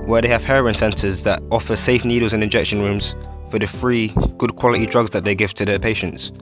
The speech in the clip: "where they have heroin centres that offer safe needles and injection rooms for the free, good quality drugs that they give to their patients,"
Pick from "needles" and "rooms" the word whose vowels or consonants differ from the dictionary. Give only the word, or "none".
none